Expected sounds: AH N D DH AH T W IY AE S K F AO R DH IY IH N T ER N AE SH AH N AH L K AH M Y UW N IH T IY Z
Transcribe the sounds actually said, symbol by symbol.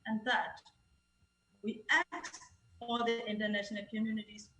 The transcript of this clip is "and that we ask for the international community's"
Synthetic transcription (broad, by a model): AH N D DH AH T W IY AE K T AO L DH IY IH N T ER N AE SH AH N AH L K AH M Y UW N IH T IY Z